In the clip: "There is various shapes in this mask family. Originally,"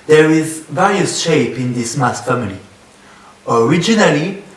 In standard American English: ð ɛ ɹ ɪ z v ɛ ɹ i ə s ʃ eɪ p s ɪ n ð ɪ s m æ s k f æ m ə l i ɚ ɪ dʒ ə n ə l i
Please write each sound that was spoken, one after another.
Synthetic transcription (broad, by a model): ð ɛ ɹ ɪ z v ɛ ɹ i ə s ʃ eɪ p ɪ n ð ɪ s m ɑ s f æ m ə l i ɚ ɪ dʒ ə n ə l i